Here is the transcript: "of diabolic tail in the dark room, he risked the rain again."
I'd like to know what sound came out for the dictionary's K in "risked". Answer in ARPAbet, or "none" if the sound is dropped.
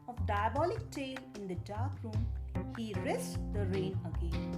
none